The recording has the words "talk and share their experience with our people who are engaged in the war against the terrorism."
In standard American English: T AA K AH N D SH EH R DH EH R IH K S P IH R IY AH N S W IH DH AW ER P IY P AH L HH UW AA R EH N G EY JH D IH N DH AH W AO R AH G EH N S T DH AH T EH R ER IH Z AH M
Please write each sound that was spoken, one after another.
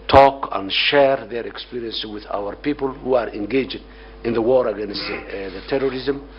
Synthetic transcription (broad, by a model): T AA K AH N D SH EH R DH EH R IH K S P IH R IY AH N S W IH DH AW ER P IY P AH L HH UW AA R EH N G EY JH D IH N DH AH W AO R AH G EH N S T DH AH T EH R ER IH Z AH M